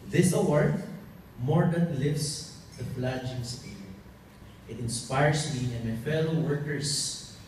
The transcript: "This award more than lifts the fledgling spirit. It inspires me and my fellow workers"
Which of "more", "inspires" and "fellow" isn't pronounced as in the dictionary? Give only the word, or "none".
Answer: inspires